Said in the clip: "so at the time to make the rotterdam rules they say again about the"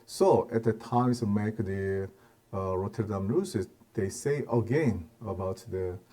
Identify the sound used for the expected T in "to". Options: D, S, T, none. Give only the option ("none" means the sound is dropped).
S